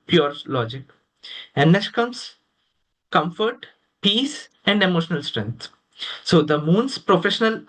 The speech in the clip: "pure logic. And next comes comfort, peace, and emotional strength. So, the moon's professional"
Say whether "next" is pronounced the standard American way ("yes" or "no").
no